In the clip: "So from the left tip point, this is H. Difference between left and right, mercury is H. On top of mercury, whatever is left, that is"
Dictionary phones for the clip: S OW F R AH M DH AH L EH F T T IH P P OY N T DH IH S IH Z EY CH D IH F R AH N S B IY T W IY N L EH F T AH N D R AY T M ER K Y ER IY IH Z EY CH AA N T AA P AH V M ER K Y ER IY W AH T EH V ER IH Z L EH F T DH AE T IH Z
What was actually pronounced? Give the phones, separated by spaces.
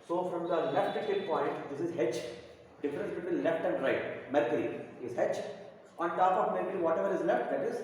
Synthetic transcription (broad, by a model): S OW F R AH M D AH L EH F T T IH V P OY N T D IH S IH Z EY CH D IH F R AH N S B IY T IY L L EH F T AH N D R AY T M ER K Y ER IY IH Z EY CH AA N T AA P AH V M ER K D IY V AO T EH V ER IH Z L EH F T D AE T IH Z